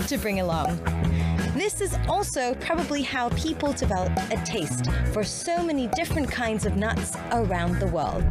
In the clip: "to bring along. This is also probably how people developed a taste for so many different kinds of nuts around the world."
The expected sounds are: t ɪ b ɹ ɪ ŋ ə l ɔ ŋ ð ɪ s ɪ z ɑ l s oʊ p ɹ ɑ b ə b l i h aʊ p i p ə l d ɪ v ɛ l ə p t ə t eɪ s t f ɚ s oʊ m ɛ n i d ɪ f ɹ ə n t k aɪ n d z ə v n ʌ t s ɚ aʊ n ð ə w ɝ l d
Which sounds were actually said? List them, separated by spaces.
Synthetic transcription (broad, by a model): t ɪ b ɹ ɪ ŋ ə l ɔ ŋ ð ɪ s ɪ z ɑ l s oʊ p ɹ ɑ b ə b l i h aʊ p i p l d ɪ v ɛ l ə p ə t eɪ s t f ɚ s oʊ m ɛ n i d ɪ f ɹ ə n k aɪ n d z ə v n ʌ t s ɚ aʊ n ð ə w ɝ l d